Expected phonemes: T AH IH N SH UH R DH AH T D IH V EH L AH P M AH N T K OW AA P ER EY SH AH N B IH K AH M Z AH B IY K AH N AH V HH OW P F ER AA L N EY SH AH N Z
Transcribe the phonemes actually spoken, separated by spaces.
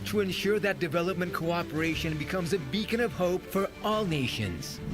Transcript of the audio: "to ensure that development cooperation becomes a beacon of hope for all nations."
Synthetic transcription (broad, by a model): T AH IH N SH UH R DH AH T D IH V EH L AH P M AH N K OW AA P ER EY SH AH N B IH K AH M Z AH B IY K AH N AH V HH OW P F ER AA L N EY SH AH N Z